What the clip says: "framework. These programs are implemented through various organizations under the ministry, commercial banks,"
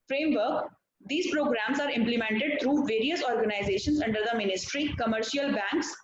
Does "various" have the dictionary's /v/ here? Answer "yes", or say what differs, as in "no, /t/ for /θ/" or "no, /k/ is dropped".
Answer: yes